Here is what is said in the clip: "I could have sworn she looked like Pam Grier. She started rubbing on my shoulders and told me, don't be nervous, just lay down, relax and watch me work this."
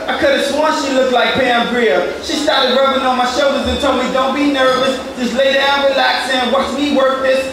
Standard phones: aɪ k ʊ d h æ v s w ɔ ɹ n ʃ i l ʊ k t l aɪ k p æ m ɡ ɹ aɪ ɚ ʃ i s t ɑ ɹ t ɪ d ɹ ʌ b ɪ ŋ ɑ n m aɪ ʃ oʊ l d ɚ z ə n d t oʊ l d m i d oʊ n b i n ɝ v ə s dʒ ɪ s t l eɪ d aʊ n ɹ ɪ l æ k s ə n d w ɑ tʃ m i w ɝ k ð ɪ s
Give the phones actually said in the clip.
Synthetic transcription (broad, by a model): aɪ k ʊ d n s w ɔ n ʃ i l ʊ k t l aɪ k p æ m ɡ ɹ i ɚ ʃ i s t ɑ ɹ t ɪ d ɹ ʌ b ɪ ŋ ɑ n m aɪ ʃ oʊ l d ɚ z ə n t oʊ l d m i d oʊ n b i n ɝ v ə s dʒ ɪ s l eɪ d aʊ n ɹ ɪ l æ k s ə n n w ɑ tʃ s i w ɝ k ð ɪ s